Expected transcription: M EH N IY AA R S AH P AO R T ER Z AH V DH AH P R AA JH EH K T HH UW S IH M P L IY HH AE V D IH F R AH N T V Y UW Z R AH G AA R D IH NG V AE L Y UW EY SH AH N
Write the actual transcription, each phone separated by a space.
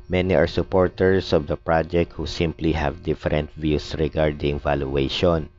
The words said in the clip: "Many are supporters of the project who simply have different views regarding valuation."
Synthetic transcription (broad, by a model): M EH N IY AA R S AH P AO R T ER S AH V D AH P R AA JH EH K T HH UW S IH M P L IY HH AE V D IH F R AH N T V Y UW S R AH G AA R D IH NG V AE L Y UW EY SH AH N